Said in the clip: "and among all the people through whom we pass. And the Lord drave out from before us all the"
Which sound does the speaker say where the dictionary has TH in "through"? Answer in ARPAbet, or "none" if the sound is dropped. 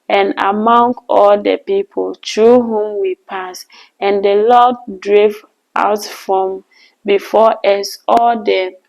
T